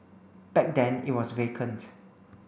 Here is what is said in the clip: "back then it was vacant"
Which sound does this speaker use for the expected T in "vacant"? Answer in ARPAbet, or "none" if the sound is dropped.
T